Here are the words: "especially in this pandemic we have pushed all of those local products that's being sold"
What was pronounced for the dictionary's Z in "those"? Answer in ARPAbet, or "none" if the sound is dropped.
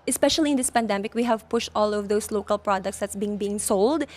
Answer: S